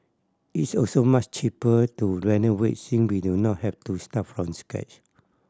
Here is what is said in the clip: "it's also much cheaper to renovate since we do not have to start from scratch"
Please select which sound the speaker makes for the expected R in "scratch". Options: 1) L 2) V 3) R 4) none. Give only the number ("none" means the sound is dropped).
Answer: 4